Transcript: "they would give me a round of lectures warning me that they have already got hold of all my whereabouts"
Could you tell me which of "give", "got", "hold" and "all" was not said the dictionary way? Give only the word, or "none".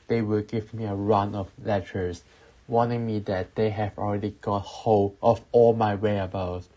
hold